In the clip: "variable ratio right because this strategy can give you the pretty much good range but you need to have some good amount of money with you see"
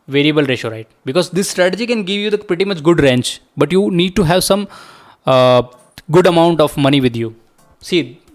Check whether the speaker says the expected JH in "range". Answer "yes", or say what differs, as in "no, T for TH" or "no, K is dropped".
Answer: no, CH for JH